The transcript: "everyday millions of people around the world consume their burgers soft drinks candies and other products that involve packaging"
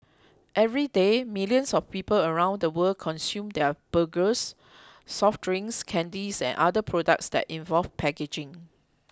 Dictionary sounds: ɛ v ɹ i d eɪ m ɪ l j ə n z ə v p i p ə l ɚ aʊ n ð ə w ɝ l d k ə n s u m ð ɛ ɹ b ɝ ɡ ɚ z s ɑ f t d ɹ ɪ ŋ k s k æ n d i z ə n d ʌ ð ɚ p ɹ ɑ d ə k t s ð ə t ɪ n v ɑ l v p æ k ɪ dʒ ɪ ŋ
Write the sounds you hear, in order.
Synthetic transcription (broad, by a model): ɛ v ɹ i d eɪ m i l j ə n s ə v p i p ə l ɚ aʊ n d ə w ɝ l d k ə n s u m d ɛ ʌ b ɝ ɡ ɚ s ɑ f t ɹ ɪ ŋ s k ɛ n d i s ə n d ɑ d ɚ p ɹ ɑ d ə k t s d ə t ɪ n v ɑ l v p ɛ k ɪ dʒ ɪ ŋ